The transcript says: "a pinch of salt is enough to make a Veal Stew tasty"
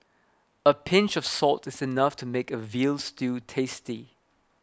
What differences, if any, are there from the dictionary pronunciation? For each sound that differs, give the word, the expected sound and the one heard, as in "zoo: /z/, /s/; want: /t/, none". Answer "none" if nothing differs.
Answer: none